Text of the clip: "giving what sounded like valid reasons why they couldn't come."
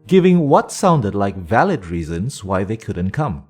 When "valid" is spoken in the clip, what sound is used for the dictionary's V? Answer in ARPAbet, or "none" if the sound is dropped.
V